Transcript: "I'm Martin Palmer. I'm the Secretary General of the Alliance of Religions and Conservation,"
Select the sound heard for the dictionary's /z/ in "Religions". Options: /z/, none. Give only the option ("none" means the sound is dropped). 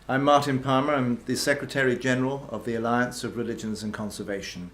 /z/